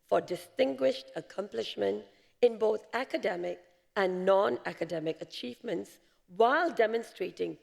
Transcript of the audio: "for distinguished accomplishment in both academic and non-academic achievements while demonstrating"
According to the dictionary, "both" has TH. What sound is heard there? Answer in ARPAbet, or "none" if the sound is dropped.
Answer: TH